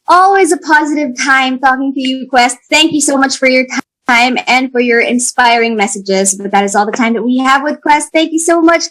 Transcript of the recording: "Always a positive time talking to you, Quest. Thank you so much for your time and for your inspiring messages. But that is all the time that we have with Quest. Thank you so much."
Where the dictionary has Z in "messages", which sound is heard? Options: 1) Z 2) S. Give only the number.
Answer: 1